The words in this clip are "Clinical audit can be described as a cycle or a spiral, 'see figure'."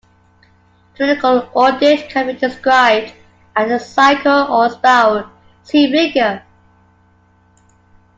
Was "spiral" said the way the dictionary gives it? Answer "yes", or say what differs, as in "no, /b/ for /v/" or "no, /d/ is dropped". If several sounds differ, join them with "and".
no, /ɹ/ is dropped